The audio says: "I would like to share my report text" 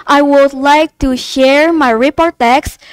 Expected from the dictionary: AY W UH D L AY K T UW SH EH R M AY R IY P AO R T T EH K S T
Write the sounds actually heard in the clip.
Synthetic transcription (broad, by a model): AY W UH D L AY K T UW SH EH R M AY R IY P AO R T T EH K S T